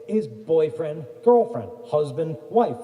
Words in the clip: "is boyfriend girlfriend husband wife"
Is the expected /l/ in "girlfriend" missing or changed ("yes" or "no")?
no